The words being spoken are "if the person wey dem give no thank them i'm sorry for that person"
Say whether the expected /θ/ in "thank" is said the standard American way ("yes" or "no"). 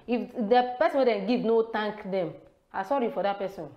no